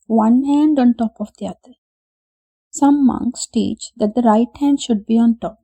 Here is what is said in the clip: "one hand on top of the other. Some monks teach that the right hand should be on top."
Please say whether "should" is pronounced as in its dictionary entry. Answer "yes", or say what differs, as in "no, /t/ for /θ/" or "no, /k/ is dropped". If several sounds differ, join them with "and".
yes